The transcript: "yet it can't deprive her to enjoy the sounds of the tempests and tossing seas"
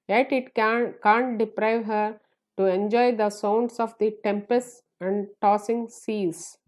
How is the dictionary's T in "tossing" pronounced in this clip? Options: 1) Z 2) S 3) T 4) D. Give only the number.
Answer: 3